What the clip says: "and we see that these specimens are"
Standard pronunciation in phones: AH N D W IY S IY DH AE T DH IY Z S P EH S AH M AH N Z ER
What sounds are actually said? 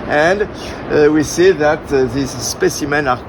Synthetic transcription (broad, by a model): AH N D W IY S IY DH AE T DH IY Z S P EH S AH M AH N ER